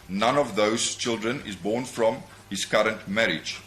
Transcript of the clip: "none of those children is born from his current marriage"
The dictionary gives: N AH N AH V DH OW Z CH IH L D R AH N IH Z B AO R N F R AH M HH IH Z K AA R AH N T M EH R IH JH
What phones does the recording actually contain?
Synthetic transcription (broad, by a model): N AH N AH V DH OW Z CH IH L D R AH N IH Z B AO N F R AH M HH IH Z K AA R AH N T M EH R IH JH